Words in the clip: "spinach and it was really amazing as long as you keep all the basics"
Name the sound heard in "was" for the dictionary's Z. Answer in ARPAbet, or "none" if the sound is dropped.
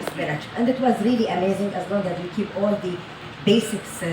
Z